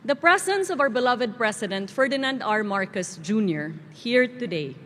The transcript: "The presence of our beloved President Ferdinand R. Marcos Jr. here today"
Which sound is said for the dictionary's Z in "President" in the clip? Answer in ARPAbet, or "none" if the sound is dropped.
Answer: S